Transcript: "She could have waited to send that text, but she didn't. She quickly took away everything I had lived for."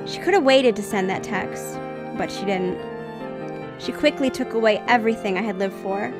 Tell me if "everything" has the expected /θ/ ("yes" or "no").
yes